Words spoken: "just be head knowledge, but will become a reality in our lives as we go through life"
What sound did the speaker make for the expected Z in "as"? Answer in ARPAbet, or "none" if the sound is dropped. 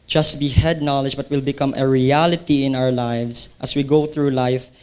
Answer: S